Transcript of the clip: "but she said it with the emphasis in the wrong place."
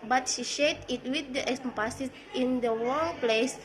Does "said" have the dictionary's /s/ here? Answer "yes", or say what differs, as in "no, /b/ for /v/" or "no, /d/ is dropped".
no, /ʃ/ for /s/